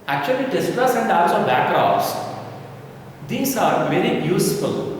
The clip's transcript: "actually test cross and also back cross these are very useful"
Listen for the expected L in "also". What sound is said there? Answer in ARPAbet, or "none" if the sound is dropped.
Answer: none